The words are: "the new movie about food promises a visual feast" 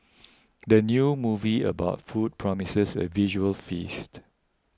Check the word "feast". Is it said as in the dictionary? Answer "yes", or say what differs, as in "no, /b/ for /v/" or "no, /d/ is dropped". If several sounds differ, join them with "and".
yes